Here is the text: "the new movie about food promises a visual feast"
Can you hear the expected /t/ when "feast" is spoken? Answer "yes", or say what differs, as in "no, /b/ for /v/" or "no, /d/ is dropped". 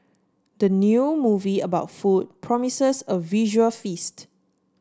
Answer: yes